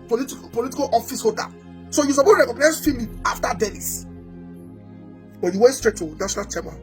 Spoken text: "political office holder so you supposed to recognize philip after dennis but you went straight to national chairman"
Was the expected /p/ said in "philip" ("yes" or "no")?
no